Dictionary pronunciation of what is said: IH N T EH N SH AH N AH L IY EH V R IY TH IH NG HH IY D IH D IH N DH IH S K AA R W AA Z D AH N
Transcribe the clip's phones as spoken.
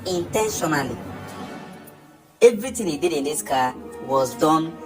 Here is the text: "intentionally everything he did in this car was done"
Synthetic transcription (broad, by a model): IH N T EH N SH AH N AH L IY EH V R IY T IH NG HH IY D IH D IH N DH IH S K AA W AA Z D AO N